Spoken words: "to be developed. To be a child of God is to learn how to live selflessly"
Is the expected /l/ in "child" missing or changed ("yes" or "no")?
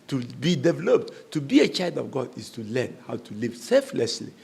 no